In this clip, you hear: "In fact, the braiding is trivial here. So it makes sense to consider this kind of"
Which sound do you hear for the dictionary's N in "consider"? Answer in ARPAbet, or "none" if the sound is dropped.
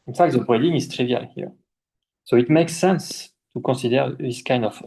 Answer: none